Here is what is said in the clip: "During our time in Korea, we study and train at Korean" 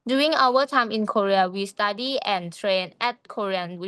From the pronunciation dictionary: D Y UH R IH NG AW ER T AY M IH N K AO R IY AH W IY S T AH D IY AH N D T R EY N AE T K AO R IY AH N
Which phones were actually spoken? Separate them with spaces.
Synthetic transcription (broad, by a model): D Y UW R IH NG AW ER T AY M IH N K AO R IY AH W IY S T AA D IY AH N T R EY N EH T K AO R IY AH N